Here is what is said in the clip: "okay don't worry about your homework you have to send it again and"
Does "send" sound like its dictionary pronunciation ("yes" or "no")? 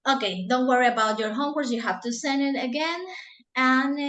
yes